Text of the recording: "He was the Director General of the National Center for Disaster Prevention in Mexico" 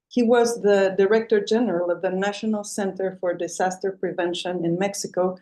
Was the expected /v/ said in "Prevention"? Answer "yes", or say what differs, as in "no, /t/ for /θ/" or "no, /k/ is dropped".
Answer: yes